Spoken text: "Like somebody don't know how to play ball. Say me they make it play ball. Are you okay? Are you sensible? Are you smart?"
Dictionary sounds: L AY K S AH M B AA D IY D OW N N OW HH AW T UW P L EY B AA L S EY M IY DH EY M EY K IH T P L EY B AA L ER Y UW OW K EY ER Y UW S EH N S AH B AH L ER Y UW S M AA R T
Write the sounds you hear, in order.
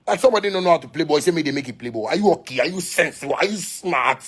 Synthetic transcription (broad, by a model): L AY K S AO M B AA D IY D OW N N OW HH AW T UW P L EY B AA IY S EY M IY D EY M EY K IH T P L EY B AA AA Y UW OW K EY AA Y UW S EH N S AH AH Y UW S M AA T